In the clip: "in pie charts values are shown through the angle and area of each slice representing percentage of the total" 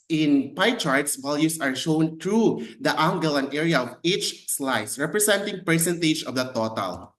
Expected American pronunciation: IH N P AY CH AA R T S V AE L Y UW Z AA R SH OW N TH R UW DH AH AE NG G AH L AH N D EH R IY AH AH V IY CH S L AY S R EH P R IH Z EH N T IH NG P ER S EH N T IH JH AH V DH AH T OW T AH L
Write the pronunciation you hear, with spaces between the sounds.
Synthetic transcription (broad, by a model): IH N P AY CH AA R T S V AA L Y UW S AA R SH OW N T R UW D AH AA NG G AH L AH N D EH R IY AH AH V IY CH S L AY S R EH P R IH S EH N T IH NG P ER S EH N T IH JH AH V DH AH T OW T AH L